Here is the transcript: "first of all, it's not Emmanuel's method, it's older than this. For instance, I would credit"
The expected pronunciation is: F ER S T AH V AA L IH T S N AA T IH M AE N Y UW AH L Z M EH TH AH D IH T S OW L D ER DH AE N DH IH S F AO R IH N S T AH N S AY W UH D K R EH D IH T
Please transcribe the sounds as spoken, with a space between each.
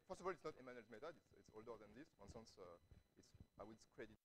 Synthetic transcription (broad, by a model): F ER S AH V AA L IH T S N AA T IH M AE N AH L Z M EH T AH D IH T S OW L D ER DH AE N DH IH S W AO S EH N S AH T S AY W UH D K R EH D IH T